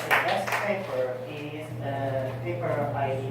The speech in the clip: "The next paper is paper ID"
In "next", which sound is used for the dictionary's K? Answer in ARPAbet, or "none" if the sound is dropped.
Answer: none